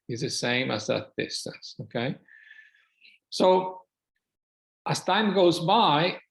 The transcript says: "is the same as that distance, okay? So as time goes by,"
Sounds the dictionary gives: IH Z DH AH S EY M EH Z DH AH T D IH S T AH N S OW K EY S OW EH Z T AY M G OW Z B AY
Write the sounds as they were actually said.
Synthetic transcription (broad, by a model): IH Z DH AH S EY M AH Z DH AH T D IH S T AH N S OW K EY S OW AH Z T AY M G OW Z B AY